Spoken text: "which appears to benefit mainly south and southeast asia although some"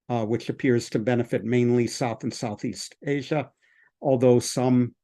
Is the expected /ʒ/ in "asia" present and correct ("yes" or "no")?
yes